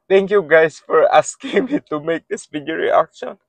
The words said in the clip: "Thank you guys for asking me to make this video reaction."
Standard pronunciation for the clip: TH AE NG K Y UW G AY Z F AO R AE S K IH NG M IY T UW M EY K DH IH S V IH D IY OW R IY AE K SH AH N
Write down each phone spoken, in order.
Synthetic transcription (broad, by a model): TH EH NG K Y UW G AY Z F AO R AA S K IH NG M IY T UW M EY K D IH S B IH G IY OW R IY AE K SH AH N